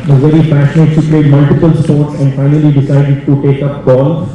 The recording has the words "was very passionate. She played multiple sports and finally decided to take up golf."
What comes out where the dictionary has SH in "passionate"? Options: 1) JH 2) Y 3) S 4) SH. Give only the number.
3